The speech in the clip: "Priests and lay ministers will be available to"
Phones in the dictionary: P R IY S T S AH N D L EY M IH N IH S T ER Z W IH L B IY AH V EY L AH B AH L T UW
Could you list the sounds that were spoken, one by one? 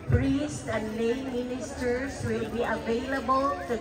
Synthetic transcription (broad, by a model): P R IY S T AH N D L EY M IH N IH S T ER S W IH L B IY AH V EY L AH B AH L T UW